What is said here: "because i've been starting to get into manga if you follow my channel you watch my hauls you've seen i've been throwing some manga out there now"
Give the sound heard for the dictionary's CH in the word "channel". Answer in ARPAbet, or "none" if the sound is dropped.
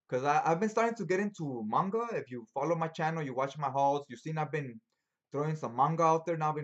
CH